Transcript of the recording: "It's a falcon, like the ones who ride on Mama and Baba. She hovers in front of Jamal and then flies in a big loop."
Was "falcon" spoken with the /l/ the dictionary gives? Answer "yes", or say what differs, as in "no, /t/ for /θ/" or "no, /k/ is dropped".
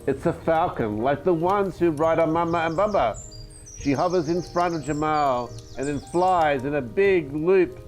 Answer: yes